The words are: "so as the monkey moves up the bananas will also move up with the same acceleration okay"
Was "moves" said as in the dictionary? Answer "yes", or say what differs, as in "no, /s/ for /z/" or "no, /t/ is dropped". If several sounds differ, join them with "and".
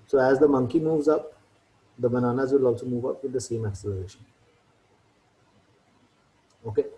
yes